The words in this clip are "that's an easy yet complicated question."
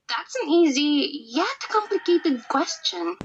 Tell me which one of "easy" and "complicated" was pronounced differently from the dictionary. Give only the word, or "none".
none